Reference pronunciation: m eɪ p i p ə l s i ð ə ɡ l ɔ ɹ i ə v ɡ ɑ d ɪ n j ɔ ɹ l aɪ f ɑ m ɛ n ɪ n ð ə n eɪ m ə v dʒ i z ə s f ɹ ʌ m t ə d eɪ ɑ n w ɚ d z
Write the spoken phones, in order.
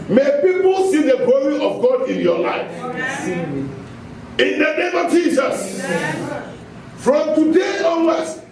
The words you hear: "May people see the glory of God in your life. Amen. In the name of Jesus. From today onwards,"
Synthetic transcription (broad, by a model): m eɪ p i p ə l s i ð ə ɡ l ɔ ɹ i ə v ɡ ɑ d ɪ n j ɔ l aɪ f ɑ n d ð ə n eɪ m ə v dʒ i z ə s f ɹ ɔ m t ə d eɪ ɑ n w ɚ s